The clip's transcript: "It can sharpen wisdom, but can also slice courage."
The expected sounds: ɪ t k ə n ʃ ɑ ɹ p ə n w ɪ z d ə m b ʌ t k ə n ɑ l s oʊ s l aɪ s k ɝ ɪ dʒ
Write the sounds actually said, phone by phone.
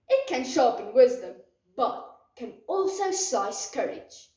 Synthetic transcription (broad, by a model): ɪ t k ə n ʃ ɑ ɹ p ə n w ɪ z d ə m b ʌ t k ə n ɑ l s oʊ s aɪ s k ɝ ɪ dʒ